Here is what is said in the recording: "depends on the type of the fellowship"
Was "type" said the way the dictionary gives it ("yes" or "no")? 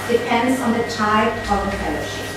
no